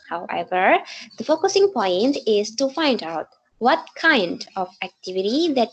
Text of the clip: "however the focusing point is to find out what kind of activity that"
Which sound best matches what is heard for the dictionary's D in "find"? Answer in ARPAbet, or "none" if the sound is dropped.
D